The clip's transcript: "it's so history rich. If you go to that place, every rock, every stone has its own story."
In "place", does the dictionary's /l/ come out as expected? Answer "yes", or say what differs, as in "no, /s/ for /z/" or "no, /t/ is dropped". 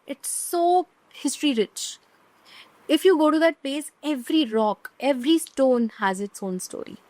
no, /l/ is dropped